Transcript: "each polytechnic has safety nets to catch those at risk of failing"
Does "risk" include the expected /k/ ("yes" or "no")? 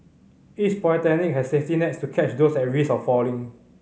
no